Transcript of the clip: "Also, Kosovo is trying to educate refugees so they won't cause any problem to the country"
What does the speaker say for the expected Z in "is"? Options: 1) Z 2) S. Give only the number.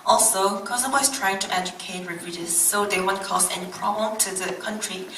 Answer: 2